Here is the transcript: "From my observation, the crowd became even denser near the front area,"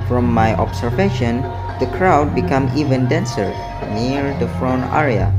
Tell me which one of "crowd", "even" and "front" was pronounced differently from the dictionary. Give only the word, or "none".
front